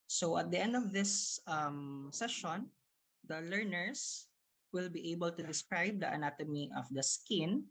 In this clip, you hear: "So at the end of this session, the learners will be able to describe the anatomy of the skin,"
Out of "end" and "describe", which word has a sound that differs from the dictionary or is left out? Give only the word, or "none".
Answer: none